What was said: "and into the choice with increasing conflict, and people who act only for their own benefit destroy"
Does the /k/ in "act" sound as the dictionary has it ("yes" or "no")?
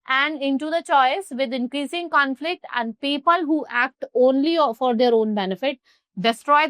yes